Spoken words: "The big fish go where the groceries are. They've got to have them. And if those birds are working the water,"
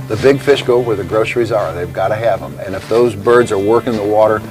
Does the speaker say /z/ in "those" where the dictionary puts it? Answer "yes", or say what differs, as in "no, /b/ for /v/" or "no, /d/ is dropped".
yes